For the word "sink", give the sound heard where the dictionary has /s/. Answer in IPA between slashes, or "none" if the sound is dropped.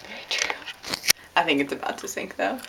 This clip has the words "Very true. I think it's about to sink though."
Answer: /θ/